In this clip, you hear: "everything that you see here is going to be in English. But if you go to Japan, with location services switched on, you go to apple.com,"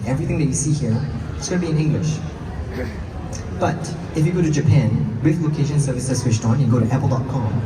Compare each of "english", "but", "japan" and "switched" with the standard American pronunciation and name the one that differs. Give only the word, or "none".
switched